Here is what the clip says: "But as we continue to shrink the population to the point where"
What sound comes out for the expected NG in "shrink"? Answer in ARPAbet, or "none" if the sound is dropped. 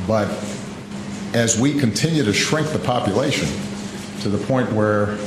NG